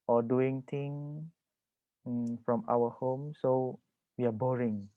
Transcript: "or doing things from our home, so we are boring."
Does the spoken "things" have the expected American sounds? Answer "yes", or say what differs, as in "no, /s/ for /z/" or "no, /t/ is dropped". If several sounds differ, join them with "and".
no, /t/ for /θ/ and /z/ is dropped